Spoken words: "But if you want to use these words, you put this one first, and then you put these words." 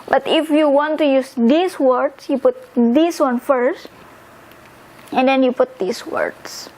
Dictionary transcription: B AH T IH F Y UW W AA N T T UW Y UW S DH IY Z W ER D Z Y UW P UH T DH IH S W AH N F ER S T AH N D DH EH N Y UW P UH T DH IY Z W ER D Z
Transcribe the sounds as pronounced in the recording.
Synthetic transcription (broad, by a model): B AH T IH F Y UW W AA N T T UW Y UW S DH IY S W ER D S Y UW P UH T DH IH S W AH N F ER S T AH N D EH N Y UW P UH T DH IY S W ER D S